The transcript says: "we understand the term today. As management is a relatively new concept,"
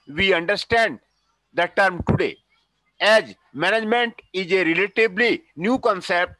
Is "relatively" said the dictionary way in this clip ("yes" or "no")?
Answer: no